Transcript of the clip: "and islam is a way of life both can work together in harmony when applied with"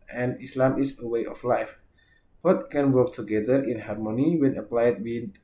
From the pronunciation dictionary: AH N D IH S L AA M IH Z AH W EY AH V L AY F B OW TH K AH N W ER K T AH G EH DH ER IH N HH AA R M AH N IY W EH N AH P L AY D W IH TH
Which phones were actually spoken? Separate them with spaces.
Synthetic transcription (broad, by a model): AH N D IH S L AA M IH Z AH W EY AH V L AY F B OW T K AH N W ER K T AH G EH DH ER IH N HH AA R M AH N IY W EH N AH P L AY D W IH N